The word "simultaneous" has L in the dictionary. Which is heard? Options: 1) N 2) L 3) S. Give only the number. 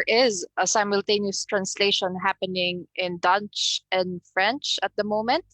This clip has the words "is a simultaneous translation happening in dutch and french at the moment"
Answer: 2